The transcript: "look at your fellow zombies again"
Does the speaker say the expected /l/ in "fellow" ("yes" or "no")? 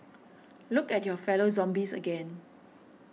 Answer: yes